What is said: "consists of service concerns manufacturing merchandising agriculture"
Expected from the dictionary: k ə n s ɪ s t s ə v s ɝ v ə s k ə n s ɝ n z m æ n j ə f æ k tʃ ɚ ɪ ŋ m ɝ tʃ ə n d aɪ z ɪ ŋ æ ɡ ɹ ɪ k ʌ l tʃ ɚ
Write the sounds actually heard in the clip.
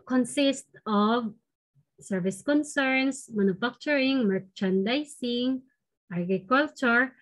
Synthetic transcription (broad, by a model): k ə n s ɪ s t ə v s ɝ v ə s k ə n s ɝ n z m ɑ n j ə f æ k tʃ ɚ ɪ ŋ m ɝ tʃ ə n d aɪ s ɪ ŋ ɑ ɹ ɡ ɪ k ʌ l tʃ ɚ